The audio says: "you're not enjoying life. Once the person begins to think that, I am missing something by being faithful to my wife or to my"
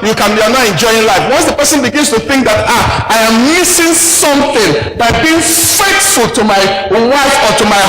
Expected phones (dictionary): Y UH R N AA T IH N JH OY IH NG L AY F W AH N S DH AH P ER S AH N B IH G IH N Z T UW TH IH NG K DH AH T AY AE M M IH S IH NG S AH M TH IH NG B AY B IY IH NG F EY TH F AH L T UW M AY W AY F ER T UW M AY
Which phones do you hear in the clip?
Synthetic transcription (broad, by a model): Y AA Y N AA T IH N JH OY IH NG L AY F W AH N S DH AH P ER S AH N B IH G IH N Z T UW TH IH NG K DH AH T AY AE M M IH S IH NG S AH M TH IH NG B AY B IY IH NG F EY T F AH L T UW M AY W AY F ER T UW M AY